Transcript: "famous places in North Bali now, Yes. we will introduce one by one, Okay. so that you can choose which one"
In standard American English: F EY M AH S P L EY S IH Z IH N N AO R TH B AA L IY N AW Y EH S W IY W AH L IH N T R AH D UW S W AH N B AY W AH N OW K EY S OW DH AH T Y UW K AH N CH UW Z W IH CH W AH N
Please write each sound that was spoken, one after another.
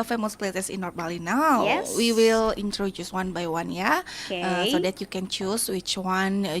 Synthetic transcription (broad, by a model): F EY M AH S P L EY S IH S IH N N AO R B AA L IY N AW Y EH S W IY W AH L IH N T R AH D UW S W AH N B AY W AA N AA AH S OW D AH T Y UW K AH N CH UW S W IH CH W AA N